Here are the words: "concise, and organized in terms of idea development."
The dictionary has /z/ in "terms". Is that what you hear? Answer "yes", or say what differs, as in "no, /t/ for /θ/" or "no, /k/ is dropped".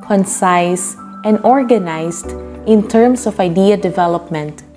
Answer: no, /s/ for /z/